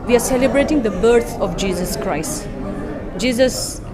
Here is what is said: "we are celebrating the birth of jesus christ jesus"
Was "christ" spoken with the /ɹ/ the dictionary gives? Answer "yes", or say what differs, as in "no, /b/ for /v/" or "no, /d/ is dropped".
yes